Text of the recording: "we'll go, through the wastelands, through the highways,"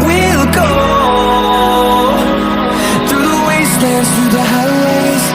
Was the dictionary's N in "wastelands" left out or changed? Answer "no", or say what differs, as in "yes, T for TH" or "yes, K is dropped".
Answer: yes, N is dropped